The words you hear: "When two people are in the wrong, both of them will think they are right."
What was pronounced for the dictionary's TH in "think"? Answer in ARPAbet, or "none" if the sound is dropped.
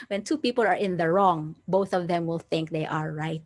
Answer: TH